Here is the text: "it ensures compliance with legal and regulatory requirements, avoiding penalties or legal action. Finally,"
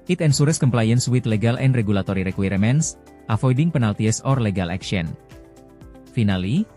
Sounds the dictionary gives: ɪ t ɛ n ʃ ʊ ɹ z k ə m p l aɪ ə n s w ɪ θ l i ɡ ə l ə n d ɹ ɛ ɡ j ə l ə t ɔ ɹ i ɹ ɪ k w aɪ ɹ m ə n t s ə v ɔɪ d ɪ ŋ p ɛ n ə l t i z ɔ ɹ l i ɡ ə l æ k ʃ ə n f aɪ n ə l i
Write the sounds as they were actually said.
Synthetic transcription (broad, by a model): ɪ t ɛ n s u ɹ s k ə m p l aɪ ə n s w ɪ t l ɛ ɡ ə l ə n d ɹ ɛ ɡ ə l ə t ɔ ɹ i ɹ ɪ k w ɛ ɹ m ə n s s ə f ɔɪ d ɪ ŋ p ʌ n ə l t i s ɔ ɹ l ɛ ɡ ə l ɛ k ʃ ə n f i n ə l i